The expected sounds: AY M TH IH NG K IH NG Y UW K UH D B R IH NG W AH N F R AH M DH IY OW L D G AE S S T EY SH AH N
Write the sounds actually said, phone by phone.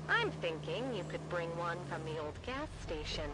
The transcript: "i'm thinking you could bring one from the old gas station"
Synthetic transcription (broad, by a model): AY M TH IH NG K IH NG Y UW K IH D B R IH NG W AH N F R AH M DH IY OW L D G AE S S T EY SH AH N